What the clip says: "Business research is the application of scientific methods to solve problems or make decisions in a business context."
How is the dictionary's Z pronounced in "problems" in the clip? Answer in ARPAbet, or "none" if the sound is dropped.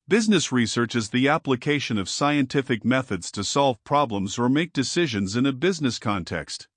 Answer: Z